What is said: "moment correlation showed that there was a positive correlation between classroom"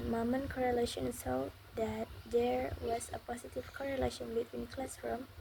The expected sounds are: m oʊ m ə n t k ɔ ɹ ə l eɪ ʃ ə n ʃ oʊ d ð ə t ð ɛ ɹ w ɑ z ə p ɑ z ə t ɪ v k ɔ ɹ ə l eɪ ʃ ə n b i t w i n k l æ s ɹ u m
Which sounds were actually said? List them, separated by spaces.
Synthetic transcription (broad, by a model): m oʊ m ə n k ɔ ɹ ə l eɪ ʃ ə n s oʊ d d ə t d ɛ ɹ w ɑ s ə p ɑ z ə t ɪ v k ɔ ɹ ə l eɪ ʃ ə n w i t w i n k l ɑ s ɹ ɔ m